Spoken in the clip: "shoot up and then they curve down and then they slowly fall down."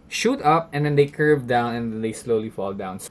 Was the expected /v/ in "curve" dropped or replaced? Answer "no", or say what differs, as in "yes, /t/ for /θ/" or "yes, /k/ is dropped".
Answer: no